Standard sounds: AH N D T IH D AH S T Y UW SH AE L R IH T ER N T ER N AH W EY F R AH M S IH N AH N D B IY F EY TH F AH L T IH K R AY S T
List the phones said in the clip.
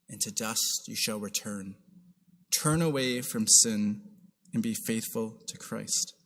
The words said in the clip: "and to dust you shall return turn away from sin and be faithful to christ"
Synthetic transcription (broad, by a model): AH N T IH D AH S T Y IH SH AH L R IH T ER N T ER N AH W EY F R AH M S IH N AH N B IY F EY TH F AH L T IH K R AY S T